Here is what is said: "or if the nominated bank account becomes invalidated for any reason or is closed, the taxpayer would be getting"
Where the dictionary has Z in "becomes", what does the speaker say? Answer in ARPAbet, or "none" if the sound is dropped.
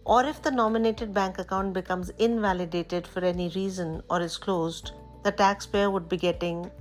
Z